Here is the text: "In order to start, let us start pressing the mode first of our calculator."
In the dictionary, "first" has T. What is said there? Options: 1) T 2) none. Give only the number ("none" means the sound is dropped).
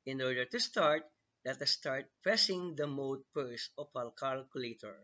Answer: 2